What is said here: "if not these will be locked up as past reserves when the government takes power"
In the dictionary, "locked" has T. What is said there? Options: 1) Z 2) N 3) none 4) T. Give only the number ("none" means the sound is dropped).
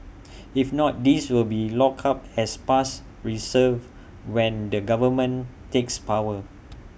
3